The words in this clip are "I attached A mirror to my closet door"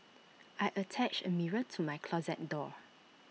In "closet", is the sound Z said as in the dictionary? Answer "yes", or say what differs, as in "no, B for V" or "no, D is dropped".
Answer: yes